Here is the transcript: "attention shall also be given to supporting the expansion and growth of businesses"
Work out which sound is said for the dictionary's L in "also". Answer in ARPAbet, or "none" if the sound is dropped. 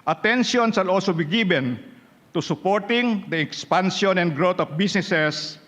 L